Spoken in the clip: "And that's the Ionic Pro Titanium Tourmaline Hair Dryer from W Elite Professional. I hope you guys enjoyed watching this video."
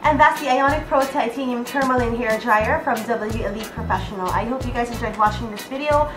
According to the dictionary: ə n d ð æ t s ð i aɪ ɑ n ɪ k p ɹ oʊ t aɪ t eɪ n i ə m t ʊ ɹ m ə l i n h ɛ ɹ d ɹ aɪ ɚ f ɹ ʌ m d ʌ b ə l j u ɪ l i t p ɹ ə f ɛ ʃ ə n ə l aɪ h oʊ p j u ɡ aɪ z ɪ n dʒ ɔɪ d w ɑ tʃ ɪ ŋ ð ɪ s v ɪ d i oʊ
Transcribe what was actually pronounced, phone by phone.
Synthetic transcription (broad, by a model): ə n ð æ t s ð i aɪ ɑ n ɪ k p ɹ oʊ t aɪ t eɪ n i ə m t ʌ ɹ m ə l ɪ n h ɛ ɹ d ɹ aɪ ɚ f ɹ ʌ m d ʌ b l j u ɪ l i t p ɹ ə f ɛ ʃ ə n l aɪ h oʊ p j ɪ ɡ aɪ z ɪ n dʒ ɔɪ d w ɑ tʃ ɪ ŋ ð ɪ s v ɪ d i oʊ